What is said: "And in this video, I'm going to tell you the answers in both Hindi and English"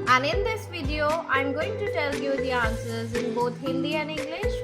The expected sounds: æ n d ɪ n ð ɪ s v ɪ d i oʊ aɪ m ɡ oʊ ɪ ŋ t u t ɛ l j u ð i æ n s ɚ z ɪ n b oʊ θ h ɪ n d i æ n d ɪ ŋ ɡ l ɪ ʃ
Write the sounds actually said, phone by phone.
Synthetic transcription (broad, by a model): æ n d ɪ n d ɪ s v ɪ d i oʊ aɪ m ɡ oʊ ɪ ŋ t u t ɛ l j u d i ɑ n s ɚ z ɪ n b oʊ t h ɪ n d i æ n d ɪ ŋ ɡ l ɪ ʃ